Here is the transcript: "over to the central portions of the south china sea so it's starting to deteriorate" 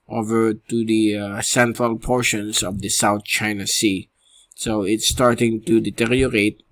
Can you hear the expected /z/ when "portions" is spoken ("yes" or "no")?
no